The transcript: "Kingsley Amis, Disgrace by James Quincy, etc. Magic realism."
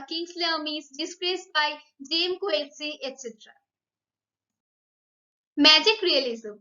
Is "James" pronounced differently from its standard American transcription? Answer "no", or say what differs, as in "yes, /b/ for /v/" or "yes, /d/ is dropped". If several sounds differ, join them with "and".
yes, /z/ is dropped